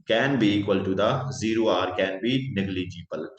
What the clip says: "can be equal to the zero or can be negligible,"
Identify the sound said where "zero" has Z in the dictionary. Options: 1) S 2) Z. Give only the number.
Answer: 2